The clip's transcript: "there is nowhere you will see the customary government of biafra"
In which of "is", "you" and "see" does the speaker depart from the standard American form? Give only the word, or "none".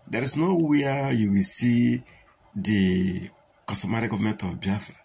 is